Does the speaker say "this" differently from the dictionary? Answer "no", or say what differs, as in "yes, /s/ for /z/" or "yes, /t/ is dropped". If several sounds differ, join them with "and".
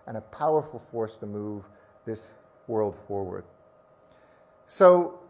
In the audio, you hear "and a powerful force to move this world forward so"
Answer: no